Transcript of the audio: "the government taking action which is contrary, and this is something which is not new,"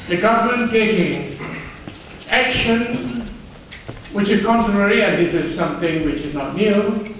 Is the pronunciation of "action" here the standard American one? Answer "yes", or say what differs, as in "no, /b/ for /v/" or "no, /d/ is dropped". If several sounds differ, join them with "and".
yes